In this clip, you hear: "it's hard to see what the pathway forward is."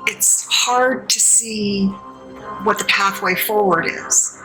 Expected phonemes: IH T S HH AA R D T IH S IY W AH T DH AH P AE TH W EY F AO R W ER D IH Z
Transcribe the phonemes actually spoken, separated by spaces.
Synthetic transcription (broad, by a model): IH T S HH AA R D T IH S IY W AH T DH AH P AE TH W EY F AO R W ER D IH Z